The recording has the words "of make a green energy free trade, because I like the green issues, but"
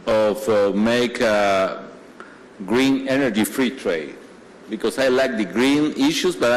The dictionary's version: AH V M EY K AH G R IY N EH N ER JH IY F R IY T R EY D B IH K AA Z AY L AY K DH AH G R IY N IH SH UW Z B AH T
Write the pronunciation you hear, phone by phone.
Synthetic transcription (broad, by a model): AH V M EY K AH G R IY N EH N ER JH IY F R IY T R EY D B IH K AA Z AY L AY K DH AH G R IY N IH SH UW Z B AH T